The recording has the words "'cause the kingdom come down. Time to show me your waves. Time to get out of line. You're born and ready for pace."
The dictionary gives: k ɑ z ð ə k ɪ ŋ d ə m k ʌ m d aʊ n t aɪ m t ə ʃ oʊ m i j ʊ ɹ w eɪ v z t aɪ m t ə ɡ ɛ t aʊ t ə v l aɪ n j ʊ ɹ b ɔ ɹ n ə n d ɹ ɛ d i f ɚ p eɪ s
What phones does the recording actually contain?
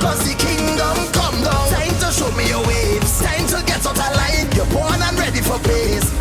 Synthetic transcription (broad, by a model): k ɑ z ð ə k ɪ ŋ d ə m k ʌ m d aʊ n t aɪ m t ə ʃ oʊ m i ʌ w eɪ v t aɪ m t ə ɡ ɛ t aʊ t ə l aɪ n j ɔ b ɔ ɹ n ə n ɹ ɛ d i f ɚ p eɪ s